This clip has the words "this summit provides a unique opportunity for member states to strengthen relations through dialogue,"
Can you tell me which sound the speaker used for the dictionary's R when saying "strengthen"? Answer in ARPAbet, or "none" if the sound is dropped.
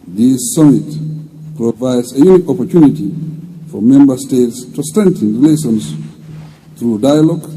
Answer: none